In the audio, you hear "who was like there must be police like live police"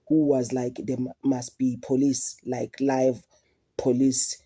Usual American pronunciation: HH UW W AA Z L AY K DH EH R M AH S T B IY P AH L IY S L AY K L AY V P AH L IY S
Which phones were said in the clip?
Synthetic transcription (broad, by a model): HH UW W AA Z L AY K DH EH M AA S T B IY P AH L IY S L AY K L AY V P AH L IY S